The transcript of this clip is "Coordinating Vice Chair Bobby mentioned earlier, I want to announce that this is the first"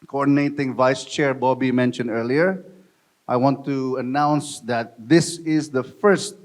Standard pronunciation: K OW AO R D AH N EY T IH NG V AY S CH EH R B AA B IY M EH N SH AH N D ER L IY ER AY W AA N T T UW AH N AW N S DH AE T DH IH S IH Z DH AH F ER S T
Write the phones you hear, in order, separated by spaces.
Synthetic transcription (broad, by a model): K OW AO R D N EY T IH NG V AY S CH EH R B AA B IY M EH N SH AH N D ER L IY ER AY W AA N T T UW AH N AW N S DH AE T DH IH S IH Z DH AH F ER S T